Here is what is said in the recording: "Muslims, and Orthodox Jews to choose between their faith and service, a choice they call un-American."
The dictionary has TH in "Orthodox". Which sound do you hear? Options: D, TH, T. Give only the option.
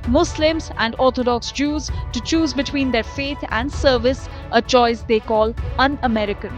T